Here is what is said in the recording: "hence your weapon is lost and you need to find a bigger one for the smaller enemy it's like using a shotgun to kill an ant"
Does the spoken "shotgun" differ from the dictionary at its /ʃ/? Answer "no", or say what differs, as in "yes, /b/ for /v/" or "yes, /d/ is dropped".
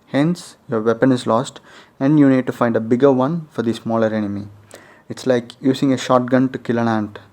no